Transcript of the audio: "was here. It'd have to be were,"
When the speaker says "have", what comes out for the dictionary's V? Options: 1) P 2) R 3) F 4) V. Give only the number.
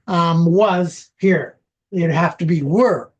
3